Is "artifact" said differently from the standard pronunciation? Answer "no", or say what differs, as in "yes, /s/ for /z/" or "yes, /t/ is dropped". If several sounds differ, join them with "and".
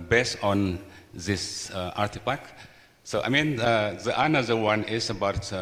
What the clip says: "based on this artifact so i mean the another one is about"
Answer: yes, /p/ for /f/